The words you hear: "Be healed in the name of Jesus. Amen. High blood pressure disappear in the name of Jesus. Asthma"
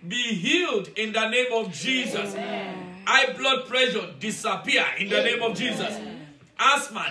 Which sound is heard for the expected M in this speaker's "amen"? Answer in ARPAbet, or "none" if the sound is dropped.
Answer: none